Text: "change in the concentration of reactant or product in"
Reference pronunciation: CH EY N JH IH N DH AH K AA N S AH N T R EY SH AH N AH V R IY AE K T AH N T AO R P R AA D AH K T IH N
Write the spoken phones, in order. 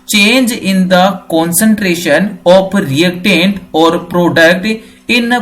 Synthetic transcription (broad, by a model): CH EY N JH IH N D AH K AA N S AH N T R EY SH AH N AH P R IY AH K T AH N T AO R P R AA D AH K T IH N